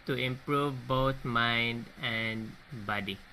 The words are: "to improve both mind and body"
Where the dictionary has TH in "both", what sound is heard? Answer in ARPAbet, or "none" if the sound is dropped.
T